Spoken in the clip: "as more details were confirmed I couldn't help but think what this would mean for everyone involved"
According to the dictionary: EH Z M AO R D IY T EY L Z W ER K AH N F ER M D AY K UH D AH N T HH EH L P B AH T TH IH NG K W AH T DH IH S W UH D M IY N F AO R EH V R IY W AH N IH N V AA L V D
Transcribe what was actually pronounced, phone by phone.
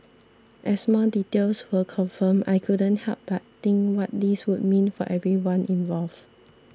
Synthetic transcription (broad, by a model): EH S M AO D IY T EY L S W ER K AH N F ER M AY K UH D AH N T HH EH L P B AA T T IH NG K W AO T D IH S W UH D M IY N F AO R EH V R IY W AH N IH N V AA L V